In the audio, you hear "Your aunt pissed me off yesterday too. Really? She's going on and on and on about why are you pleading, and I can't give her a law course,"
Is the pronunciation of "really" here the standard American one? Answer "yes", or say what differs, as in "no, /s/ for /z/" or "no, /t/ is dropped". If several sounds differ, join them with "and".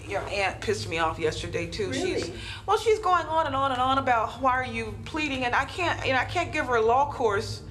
no, /w/ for /l/